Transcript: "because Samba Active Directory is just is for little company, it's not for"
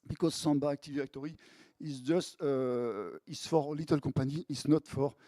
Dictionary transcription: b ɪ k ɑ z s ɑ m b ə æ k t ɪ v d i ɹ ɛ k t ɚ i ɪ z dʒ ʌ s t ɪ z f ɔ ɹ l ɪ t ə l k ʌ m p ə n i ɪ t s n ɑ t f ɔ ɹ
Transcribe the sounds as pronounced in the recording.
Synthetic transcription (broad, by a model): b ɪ k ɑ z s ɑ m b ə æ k t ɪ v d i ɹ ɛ k t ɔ i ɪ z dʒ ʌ s t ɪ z f ɔ ɹ l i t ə l k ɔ p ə n i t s n ɑ t f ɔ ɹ